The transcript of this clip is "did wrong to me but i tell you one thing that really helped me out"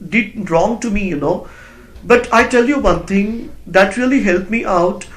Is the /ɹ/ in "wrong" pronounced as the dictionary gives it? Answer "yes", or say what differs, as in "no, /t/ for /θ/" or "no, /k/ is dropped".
yes